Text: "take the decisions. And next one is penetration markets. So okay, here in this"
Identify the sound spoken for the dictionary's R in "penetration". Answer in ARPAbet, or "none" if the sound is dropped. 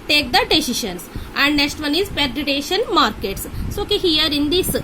none